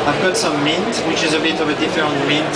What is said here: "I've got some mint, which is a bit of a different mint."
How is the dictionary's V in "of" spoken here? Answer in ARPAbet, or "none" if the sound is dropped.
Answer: V